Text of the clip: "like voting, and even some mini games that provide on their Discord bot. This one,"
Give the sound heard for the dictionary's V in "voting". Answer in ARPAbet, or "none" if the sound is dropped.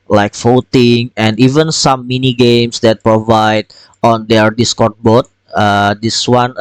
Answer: F